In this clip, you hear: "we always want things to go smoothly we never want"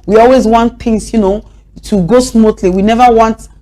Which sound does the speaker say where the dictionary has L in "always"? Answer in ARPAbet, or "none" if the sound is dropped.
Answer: L